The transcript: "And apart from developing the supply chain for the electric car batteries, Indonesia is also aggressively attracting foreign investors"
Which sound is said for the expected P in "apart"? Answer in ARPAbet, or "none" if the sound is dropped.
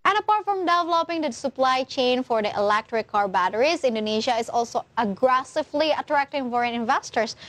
P